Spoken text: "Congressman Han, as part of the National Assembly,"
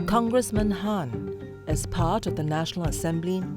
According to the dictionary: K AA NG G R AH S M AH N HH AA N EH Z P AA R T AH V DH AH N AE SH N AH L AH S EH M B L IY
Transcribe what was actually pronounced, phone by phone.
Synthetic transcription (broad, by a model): K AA NG G R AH S M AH N HH AA N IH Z P AA R T AH V DH AH N AE SH N AH L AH S EH M B L IY